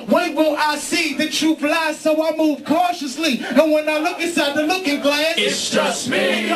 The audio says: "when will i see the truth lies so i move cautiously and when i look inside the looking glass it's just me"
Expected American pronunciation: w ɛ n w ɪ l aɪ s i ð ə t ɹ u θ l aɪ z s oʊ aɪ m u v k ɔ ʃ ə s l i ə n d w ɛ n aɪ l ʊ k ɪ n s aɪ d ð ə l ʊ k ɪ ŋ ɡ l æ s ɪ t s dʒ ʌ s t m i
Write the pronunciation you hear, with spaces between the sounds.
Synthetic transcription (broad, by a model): w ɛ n w ɪ l aɪ s i ð ə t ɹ u f l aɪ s s oʊ aɪ m u v k ɔ ʃ ə s l i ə n w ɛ n aɪ l ʊ k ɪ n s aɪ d ð ə l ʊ k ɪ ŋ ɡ l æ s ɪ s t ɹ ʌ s m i